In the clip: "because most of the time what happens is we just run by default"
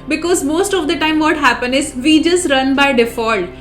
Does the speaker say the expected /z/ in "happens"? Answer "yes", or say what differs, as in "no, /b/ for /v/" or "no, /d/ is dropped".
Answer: no, /z/ is dropped